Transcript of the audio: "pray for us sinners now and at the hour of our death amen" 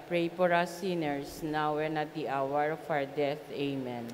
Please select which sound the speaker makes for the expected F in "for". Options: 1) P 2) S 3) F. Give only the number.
1